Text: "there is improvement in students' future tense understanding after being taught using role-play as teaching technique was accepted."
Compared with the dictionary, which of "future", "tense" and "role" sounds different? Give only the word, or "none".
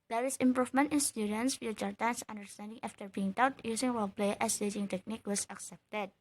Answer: role